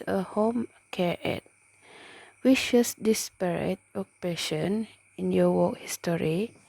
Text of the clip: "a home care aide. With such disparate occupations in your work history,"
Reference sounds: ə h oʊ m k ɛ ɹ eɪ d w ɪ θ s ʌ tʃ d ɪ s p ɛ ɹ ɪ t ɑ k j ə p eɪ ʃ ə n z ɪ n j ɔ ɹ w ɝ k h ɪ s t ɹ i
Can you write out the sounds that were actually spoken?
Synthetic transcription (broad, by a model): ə h oʊ m k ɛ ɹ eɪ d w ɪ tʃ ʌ s d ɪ s p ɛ ɹ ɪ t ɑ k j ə p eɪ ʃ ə n ɪ n j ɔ w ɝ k h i s t ɹ i